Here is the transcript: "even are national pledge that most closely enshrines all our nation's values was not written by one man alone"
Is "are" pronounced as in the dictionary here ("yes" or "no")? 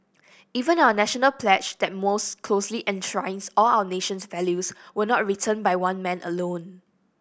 no